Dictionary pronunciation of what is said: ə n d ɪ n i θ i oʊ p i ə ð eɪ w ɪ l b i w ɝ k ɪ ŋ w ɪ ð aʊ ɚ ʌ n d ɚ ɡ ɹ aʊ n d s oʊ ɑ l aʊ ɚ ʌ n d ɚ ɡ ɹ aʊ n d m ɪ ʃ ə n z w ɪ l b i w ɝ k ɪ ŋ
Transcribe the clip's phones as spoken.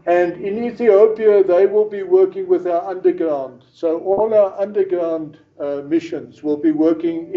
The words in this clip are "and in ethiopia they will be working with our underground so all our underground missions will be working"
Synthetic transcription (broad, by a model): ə n d ɪ n i θ i oʊ p i ə ð eɪ w ɪ l b i w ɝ k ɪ ŋ w ɪ ð aʊ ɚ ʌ n d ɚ ɡ ɹ aʊ n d s oʊ ɑ l aʊ ɚ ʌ n d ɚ ɡ ɹ aʊ n d m ɪ ʃ ə n z w ɪ l b i w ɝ k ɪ ŋ